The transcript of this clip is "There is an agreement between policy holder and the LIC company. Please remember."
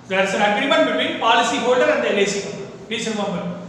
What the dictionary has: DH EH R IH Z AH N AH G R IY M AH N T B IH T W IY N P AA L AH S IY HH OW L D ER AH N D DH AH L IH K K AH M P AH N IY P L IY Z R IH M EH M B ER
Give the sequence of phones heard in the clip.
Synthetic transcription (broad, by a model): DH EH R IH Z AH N AH G R IY M AH N T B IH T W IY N P AA L AH S IY HH OW L D ER AH N D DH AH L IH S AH IY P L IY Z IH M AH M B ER